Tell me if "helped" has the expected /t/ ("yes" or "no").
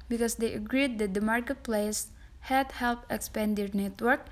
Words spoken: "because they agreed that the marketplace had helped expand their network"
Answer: no